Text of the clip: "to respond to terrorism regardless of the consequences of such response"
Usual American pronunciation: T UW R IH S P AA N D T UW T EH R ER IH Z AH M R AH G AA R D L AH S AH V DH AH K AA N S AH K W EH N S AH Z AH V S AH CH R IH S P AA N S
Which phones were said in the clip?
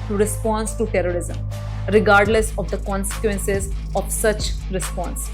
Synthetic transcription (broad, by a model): T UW R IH S P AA N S T UW T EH R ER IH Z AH M R AH G AA R D L AH S AH V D AH K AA N S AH K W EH N S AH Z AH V S AH CH R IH S P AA N S